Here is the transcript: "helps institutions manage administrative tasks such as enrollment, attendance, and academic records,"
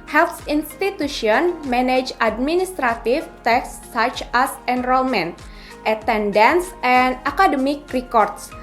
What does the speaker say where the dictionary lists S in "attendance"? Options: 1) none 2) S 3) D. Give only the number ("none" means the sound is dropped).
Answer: 2